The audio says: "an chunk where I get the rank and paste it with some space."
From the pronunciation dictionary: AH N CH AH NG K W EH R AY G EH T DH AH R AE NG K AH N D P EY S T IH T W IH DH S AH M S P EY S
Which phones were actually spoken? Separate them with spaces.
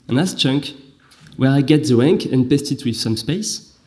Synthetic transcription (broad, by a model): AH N CH AH NG K W EH R AY G EH T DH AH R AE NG K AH N P EY S T IH T W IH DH S AH M S P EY S